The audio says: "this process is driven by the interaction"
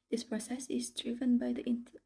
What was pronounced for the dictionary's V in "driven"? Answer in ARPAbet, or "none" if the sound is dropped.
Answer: V